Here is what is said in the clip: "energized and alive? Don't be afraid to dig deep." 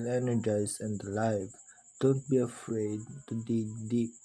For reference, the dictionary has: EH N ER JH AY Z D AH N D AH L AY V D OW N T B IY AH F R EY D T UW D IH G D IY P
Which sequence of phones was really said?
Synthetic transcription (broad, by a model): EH N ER JH AY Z AH N D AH L AY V D OW N T B IY AH F R EY D T UW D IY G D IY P